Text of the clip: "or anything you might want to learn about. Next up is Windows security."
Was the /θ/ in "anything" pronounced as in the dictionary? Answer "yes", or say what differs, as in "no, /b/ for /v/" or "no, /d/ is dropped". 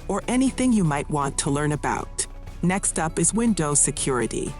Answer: yes